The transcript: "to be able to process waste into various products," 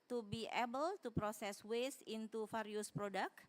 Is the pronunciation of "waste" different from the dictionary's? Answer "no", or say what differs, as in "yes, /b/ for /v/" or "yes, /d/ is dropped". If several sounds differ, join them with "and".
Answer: yes, /t/ is dropped